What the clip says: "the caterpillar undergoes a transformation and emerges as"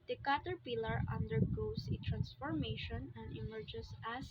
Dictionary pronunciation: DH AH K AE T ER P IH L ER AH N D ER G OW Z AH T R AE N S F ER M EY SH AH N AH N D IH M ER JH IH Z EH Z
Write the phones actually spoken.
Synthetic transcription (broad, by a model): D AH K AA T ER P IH L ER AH N D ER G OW S AH T R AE N S F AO M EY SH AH N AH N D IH M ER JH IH S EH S